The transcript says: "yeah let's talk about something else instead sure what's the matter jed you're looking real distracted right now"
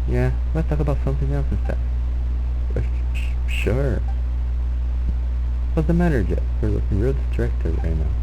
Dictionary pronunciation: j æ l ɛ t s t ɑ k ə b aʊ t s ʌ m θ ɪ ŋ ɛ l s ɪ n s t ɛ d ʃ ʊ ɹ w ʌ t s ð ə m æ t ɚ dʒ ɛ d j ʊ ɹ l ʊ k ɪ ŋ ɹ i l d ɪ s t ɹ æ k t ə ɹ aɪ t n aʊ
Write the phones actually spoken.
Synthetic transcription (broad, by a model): j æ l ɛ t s t ɑ k ə b aʊ t s ʌ m θ ɪ ŋ ɛ l s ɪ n s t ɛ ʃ ʃ ʊ ɹ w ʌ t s ð ə m æ t ɚ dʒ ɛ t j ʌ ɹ l ʊ k ɪ ŋ ɹ i l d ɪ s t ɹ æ k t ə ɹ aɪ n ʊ